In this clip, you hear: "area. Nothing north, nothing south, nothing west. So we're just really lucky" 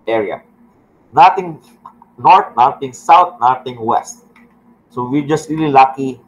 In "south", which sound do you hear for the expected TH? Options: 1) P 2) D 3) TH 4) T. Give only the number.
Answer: 4